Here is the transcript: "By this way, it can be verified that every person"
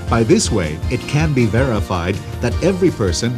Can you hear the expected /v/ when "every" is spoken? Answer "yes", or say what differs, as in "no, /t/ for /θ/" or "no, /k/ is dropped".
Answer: yes